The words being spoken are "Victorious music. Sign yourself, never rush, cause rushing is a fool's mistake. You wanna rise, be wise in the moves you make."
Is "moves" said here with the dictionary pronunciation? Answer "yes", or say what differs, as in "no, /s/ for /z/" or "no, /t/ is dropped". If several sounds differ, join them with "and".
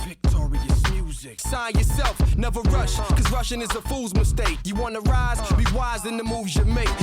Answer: yes